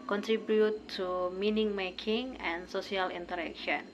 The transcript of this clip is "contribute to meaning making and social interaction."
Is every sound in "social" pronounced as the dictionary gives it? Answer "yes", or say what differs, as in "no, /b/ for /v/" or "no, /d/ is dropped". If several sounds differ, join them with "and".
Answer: no, /s/ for /ʃ/